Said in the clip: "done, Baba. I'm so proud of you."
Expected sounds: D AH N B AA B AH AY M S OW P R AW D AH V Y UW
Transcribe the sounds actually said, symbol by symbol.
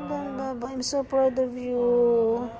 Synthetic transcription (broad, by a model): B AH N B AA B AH AY M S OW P AW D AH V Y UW